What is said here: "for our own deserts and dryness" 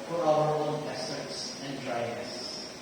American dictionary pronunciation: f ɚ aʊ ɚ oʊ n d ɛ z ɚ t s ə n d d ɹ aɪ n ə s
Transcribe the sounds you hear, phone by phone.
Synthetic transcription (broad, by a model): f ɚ aʊ ɚ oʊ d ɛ s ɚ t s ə n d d ɹ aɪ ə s